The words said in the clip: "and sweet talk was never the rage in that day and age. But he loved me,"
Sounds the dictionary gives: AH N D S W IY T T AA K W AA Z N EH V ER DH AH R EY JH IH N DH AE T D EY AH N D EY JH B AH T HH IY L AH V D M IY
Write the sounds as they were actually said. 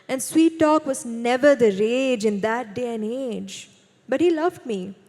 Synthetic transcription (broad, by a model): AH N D S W IY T T AA K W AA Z N EH V ER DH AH R EY JH IH N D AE T D EY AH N EY JH B AH T HH IY L AH V D M IY